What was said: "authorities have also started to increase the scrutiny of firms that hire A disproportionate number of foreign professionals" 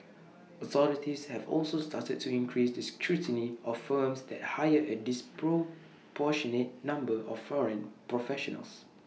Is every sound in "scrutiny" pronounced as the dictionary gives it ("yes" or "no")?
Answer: yes